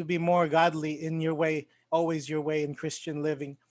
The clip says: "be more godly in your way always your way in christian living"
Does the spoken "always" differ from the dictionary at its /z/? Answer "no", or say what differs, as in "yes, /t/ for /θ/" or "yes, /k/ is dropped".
no